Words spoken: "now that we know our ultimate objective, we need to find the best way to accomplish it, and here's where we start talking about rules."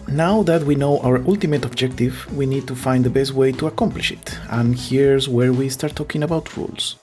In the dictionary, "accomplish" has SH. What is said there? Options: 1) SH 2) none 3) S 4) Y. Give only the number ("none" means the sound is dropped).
1